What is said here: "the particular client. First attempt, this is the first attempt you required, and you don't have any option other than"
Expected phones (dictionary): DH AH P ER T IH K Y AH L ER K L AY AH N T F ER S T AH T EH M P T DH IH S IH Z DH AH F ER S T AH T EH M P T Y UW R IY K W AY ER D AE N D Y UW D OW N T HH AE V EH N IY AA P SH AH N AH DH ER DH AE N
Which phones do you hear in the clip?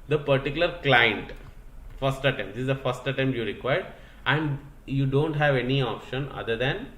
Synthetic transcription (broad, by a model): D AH P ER T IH K Y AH L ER K L AY AH N T F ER S T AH T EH M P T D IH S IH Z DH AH F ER S T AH T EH M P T Y UW R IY K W AY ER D AE N D Y UW D OW N T HH AE V EH N IY AA P SH AH N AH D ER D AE N